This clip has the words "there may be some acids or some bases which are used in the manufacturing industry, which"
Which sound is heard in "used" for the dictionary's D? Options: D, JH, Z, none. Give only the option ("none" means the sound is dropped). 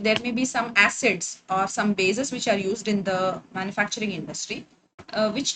D